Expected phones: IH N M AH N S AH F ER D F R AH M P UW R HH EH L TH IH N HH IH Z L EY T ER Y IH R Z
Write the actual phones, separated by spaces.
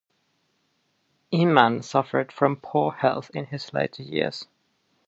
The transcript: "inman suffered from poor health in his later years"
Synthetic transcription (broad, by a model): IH M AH N S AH F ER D F R AH M P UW HH EH L TH IH N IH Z L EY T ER Y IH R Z